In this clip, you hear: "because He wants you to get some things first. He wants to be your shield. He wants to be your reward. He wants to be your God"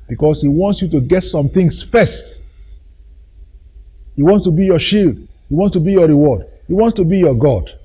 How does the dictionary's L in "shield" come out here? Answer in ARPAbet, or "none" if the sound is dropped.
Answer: L